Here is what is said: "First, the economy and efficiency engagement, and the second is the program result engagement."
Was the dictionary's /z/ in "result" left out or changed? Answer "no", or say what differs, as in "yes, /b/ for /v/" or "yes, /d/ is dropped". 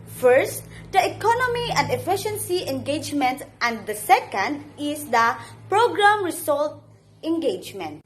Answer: yes, /s/ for /z/